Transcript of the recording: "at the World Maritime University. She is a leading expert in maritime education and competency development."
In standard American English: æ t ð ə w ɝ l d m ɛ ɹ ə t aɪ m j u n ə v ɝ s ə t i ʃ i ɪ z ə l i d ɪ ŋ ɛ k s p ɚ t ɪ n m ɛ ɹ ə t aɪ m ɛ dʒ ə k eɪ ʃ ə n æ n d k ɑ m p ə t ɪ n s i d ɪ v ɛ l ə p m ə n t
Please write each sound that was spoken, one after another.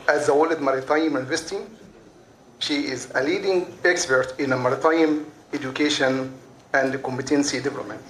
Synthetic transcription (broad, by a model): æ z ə w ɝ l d m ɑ ɹ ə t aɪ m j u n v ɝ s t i ʃ i ɪ z ə l i d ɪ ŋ ɛ k s p ɚ t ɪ n m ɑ ɹ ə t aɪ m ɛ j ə k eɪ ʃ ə n æ n d k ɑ m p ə t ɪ n s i d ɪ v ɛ l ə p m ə n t